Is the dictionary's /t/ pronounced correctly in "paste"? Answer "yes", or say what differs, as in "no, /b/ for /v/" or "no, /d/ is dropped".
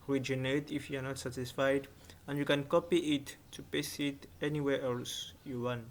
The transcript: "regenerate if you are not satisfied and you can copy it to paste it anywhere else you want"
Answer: no, /t/ is dropped